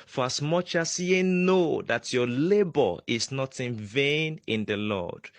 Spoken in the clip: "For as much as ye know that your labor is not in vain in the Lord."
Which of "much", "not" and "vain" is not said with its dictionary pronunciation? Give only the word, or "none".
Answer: none